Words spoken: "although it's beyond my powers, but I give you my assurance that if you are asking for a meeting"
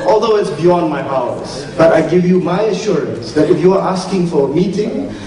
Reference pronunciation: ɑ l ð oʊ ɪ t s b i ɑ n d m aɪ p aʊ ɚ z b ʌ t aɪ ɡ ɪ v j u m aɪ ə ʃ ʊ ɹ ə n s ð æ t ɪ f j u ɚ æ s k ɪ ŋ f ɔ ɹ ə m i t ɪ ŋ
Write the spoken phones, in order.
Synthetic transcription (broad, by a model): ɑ l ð oʊ ɪ t s b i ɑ n d m aɪ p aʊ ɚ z b ʌ t aɪ ɡ ɪ v j u m aɪ ə ʃ ʊ ɹ ə n s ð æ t ɪ f j u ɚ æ s k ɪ ŋ f ɔ ɹ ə m i t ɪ ŋ